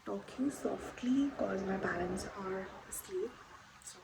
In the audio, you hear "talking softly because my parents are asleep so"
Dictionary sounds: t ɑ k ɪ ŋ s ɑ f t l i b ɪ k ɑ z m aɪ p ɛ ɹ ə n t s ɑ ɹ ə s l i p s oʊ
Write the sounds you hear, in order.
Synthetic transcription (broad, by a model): t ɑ k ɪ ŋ s ɑ f t l i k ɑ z m aɪ b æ l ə n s ɑ ɹ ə s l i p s